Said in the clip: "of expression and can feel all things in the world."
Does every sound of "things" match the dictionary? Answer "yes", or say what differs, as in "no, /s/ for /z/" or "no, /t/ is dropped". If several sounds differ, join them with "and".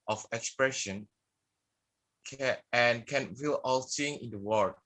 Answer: no, /z/ is dropped